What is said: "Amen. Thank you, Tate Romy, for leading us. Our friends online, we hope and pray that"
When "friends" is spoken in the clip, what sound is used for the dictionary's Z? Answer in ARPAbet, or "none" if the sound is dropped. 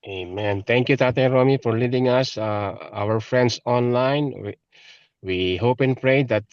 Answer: S